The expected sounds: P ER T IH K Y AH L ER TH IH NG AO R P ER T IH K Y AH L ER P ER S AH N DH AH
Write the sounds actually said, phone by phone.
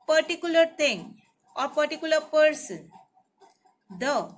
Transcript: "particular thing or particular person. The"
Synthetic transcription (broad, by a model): P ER T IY K Y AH L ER T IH NG AO R P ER T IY K Y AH L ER P ER S AH N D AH